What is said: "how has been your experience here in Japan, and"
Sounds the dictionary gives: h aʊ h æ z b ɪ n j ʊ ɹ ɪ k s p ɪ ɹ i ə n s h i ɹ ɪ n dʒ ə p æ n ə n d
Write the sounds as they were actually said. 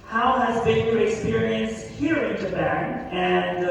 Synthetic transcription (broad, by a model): h aʊ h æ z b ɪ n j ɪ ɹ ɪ k s p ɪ ɹ i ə n s h i ɹ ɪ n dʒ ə b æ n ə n